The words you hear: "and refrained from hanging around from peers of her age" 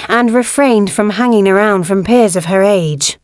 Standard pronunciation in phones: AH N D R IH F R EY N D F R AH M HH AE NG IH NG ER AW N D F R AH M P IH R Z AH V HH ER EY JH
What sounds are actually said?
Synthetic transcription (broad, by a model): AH N R IH F R EY N D F R AH M HH AE NG IH NG ER AW N D F R AH M P IH R Z AH V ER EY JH